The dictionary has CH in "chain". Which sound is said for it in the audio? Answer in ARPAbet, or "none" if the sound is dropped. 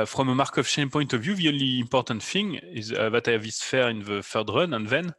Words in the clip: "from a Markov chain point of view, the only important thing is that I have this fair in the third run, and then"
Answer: SH